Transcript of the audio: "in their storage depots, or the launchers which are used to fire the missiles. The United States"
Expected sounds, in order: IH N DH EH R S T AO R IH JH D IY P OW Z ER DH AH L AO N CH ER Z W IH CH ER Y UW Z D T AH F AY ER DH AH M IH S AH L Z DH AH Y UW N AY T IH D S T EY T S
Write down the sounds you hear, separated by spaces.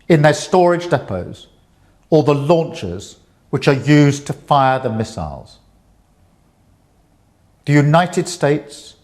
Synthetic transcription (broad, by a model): IH N DH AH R S T AO R IH JH D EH P OW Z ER DH AH L AO N CH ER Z W IH CH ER Y UW Z T AH F AY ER DH AH M IH S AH L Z DH AH Y UW N AY T IH D S T EY T S